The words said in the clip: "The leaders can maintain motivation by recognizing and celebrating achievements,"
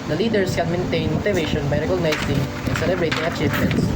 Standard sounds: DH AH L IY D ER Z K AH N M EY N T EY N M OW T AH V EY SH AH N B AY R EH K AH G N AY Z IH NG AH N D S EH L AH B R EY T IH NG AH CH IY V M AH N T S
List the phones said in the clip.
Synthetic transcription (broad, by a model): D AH L IY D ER S K AH N M EY N T EY N M OW T AH V EY SH AH N B AY R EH K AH G N AY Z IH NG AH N S EH L AH B R EY T IH NG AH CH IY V M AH N T S